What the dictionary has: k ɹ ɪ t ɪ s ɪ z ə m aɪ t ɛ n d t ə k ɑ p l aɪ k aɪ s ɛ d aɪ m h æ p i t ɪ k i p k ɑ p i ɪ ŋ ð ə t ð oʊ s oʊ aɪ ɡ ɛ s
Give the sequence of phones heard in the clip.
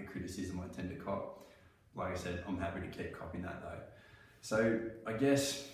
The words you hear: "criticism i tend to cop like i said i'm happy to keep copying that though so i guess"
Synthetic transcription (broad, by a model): k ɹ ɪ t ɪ s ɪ z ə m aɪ t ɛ n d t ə k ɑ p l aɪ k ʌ s ɛ d aɪ m h æ p i t ɪ k i p k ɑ p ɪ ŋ ð ə t ð oʊ s oʊ aɪ ɡ ɛ s